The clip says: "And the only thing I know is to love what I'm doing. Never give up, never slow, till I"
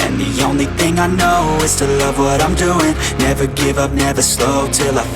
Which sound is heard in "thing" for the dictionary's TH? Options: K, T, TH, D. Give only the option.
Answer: TH